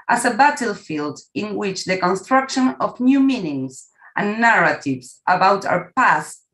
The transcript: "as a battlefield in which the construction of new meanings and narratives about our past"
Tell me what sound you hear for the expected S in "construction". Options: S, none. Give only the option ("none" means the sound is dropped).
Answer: S